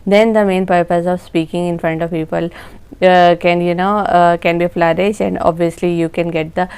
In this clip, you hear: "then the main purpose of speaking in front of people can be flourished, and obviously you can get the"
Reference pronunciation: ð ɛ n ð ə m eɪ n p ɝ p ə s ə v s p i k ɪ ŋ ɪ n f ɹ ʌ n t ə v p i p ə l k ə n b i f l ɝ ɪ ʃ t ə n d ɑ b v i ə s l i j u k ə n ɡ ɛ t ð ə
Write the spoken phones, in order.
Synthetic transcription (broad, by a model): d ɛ n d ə m eɪ n p ɝ p ə s ə v s p i k ɪ ŋ ɪ n f ɹ ʌ n t ə v p i p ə l k ə n b i f l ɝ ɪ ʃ ə n d ɑ b v i ə s l i j u k ə n ɡ ɛ t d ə